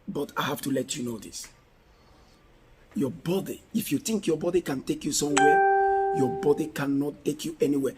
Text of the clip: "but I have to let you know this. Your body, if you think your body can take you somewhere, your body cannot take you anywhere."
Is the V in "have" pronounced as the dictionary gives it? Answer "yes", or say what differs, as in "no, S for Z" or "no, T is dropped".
no, F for V